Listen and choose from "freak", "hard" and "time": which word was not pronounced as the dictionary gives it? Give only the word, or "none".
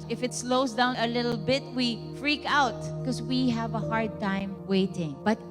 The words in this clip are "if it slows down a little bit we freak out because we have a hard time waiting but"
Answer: none